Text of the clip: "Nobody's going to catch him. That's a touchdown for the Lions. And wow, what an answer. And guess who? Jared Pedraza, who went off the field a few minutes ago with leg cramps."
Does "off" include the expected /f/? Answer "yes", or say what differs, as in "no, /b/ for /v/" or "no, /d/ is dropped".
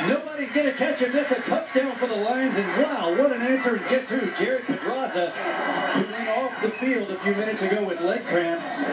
yes